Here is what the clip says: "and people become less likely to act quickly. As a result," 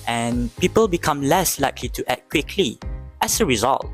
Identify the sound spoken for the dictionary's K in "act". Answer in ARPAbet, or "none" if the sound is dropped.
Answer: none